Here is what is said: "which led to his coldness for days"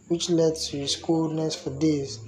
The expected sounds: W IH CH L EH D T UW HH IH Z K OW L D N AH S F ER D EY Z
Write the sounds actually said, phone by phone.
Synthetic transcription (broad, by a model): W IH CH L EH D T UW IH S K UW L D N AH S F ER D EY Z